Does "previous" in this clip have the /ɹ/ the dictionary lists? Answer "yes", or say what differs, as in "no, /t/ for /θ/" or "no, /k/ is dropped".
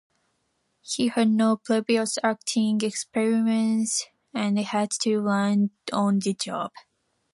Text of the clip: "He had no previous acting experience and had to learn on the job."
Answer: no, /l/ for /ɹ/